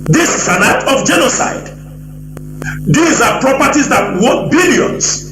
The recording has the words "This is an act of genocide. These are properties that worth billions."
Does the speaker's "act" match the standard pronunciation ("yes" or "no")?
no